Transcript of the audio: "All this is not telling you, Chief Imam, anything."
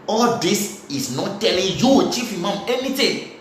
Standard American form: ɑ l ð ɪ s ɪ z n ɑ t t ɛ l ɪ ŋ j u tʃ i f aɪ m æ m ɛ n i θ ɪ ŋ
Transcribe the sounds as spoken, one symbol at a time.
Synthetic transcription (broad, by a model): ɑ l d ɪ s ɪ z n ɑ t t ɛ l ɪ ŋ j u tʃ i f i m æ m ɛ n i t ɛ